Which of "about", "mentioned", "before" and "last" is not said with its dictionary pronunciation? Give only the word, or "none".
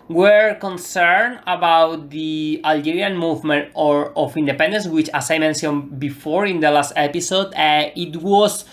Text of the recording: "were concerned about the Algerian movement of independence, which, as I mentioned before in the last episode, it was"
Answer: mentioned